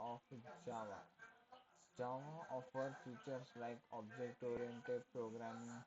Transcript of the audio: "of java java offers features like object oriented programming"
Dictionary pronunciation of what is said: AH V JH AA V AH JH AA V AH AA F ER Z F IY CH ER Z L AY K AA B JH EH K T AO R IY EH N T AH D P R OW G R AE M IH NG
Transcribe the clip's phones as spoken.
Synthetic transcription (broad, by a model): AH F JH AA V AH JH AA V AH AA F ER F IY CH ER S L AY K AA B JH EH K T AO R IY EH N T AH D P R OW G R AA M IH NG